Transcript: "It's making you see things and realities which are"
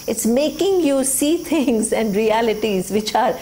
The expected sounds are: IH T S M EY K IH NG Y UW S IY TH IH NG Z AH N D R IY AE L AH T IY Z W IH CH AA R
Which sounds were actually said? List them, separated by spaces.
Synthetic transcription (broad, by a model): IH T S M EY K IH NG Y UW S IY T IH NG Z AH N D R IY AE L AH T IY Z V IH CH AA R